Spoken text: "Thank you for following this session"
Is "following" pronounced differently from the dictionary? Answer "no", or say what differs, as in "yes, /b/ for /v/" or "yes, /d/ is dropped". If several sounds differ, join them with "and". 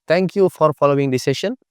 no